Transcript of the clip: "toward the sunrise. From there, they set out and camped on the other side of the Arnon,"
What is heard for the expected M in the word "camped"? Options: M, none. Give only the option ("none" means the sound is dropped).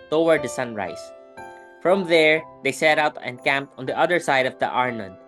M